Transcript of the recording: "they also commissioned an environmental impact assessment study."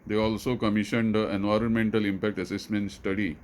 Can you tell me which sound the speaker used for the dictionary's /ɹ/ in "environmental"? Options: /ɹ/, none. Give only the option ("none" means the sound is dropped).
/ɹ/